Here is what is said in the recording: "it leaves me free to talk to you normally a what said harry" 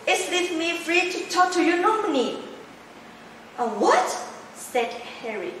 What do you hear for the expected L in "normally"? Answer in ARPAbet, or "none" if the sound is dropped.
N